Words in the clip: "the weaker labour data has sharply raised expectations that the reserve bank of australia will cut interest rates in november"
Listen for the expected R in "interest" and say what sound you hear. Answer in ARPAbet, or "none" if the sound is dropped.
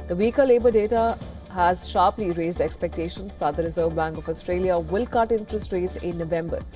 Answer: R